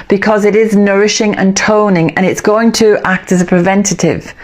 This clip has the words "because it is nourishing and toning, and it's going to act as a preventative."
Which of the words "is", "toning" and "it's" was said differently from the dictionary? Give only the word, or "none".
none